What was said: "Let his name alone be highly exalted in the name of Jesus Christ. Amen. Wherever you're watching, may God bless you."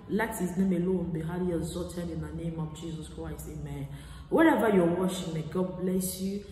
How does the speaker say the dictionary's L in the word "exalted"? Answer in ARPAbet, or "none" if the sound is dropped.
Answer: none